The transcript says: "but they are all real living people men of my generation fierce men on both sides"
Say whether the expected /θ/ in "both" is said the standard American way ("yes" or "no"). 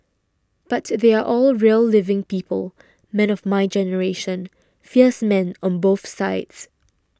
yes